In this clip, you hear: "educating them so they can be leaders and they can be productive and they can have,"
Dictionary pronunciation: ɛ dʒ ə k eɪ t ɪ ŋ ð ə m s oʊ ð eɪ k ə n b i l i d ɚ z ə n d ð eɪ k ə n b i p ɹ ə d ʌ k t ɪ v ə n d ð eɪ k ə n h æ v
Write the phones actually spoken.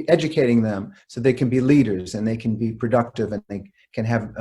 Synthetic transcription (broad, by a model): ɛ dʒ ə k eɪ t ɪ ŋ ð ə m s oʊ ð eɪ k n b i l i d ɚ z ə n ð eɪ k ə n b i p ɹ ə d ʌ k t ɪ v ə n ð eɪ k ə n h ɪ v